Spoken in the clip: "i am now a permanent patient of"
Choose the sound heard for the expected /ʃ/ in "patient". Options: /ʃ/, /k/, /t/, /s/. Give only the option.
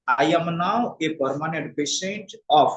/s/